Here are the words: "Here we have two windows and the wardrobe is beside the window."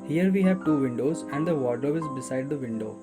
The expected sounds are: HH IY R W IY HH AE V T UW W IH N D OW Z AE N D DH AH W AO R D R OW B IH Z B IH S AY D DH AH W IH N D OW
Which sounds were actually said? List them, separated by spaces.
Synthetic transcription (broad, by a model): HH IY R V IY HH AE V T UW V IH N D OW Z AE N D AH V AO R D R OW IH Z B IH S AY D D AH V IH N D OW